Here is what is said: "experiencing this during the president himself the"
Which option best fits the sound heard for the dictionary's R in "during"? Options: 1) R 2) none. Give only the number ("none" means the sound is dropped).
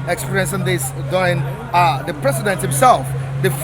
2